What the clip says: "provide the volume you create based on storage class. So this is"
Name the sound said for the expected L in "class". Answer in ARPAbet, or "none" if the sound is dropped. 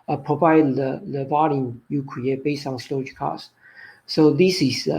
none